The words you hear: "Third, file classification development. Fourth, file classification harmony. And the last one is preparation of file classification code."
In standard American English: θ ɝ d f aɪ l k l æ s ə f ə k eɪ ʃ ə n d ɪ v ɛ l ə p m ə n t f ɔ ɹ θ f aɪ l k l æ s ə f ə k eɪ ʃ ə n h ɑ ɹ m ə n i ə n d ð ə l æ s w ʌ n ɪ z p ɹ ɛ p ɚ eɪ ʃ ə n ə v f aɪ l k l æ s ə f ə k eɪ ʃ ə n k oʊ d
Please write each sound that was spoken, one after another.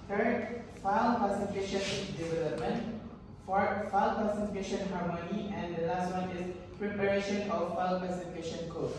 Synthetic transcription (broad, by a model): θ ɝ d f aɪ l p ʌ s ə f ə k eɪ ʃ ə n d ɪ v ɛ l ə p m ə n t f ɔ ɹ f aɪ l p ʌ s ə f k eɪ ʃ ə n h ɑ ɹ m ə n i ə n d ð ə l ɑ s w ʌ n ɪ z p ɹ ɛ p ɚ eɪ ʃ ə n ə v f aɪ l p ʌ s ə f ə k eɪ ʃ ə n k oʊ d